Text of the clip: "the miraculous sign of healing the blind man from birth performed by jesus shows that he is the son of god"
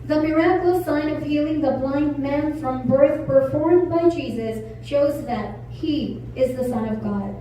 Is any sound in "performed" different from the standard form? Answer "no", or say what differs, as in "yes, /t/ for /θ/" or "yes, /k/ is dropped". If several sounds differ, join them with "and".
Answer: no